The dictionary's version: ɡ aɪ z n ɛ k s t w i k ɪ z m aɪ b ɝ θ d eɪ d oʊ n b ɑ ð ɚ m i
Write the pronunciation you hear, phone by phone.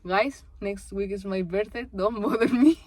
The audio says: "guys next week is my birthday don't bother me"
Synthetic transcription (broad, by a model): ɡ aɪ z n ɛ k s t w i k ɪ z m aɪ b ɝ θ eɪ d oʊ n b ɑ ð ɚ m i